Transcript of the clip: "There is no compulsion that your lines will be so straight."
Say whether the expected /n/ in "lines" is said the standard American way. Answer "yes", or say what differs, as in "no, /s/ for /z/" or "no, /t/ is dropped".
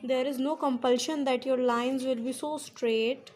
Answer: yes